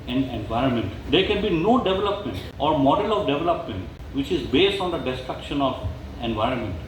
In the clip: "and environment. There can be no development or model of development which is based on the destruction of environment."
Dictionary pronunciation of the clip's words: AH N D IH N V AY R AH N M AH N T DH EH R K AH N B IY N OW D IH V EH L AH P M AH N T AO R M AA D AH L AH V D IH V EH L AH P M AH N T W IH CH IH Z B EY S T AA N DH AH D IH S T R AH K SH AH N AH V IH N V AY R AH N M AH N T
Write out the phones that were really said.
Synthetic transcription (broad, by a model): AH N IH N V AY R AH N M AH N T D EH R K AH N B IY N OW D IH V EH L AH P M AH N T AO R M AA D AH L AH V D IH V EH L AH P M AH N T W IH CH IH Z B EY S T AA N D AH D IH S T R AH K SH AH N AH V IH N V AY R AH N M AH N T